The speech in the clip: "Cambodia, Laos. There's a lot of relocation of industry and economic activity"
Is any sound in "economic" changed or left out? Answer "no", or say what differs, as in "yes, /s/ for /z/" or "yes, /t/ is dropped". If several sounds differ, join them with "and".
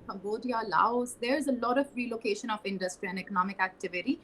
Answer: no